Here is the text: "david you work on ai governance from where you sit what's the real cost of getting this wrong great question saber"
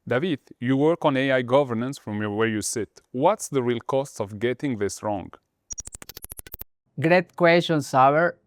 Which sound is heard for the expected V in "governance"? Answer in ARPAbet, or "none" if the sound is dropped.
V